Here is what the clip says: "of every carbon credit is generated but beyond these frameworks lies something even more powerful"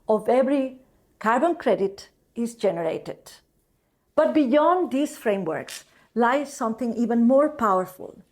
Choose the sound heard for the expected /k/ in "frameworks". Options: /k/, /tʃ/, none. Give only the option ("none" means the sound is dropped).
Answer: /k/